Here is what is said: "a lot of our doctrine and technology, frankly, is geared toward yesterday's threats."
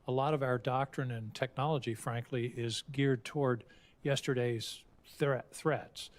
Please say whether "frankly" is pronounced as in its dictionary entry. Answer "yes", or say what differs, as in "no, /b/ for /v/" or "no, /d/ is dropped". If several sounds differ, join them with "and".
yes